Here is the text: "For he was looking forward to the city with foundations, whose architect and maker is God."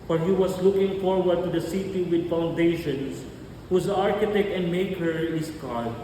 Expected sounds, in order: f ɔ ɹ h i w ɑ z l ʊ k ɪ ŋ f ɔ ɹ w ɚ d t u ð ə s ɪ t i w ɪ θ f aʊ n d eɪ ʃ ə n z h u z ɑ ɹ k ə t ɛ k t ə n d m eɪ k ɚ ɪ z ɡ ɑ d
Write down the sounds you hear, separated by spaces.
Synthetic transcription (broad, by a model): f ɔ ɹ h i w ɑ s l ʊ k ɪ ŋ f ɔ ɹ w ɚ d t u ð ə s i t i w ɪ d f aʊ n d eɪ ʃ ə n s h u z ɑ ɹ k ə t ɛ k t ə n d m eɪ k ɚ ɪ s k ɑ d